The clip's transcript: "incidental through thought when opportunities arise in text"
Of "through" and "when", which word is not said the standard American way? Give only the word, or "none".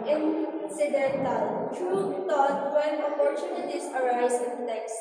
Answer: through